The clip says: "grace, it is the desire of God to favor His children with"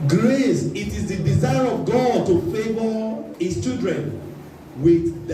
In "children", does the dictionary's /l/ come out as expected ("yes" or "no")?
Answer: no